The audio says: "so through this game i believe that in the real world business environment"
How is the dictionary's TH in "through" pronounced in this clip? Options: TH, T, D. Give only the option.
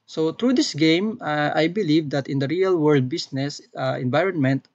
T